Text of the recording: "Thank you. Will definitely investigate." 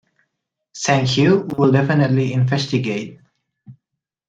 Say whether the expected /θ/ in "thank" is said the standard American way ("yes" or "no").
no